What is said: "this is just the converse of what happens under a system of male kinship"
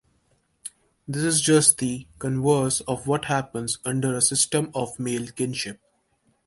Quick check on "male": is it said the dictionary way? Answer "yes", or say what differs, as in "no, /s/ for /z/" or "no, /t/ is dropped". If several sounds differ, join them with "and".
yes